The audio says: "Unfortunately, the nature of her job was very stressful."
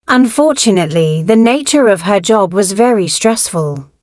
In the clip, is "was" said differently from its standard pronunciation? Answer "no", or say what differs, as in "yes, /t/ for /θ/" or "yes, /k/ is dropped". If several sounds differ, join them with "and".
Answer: no